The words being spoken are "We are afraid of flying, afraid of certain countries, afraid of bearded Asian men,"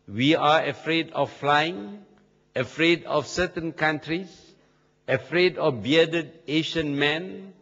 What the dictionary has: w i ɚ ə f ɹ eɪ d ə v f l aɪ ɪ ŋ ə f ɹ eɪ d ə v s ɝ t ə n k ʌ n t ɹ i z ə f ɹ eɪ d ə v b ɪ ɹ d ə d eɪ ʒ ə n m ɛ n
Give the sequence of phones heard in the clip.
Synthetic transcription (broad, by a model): w i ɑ ə f ɹ eɪ d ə f l aɪ ɪ ŋ ə f ɹ eɪ d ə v s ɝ t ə n k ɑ n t ɹ i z ə f ɹ eɪ d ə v b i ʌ d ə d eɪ ʃ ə n m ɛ n